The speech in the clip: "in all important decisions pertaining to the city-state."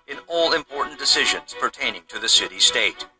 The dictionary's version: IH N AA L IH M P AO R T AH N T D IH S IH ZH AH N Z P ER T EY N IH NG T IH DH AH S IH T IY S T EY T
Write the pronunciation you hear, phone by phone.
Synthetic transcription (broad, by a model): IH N AA L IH M P AO R T N D IH S IH ZH AH N Z P ER T EY N IH NG T IH DH AH S IH T IY S T EY T